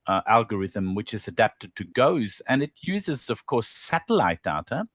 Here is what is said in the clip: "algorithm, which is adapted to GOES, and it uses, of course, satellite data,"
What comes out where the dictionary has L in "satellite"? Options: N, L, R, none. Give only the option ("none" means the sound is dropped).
L